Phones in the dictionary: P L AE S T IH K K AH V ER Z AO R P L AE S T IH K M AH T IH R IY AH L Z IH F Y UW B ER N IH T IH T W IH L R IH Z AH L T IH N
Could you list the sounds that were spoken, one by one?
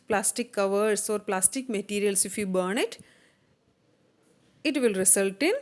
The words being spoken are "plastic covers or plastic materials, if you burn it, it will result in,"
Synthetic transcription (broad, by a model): P L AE S T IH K K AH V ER S AO R P L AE S T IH K M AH T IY R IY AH L S IH F Y UW B ER N IH T IH T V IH L R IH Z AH L T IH N